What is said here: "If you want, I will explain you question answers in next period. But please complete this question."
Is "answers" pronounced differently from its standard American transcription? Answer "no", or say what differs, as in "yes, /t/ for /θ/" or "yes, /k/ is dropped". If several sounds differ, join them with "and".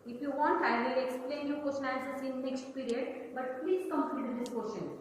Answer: yes, /n/ is dropped